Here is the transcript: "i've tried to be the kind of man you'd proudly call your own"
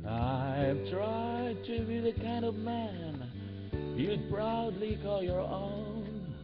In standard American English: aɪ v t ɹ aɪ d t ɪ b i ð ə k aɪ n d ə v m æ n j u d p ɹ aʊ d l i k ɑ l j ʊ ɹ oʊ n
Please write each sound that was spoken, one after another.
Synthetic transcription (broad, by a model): aɪ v t ɹ aɪ d t ɪ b i ð ə k aɪ n d ə v m æ n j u p ɹ aʊ d l i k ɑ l j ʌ ɹ oʊ n